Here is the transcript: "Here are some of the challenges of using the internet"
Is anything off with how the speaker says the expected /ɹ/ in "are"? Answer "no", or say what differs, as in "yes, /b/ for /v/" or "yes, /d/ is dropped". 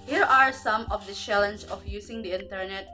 no